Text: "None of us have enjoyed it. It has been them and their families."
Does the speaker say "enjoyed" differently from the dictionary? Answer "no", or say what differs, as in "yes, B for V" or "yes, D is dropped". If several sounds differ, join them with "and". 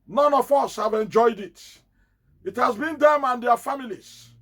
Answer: no